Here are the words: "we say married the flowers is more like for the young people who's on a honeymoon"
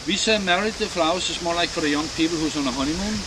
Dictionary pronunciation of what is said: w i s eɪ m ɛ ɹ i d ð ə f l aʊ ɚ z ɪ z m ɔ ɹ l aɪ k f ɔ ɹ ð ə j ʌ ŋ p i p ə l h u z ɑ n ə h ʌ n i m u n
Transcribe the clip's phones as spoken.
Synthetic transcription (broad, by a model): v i s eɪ m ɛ ɹ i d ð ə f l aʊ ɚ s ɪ s m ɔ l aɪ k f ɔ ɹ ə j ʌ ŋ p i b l h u s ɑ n ə h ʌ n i m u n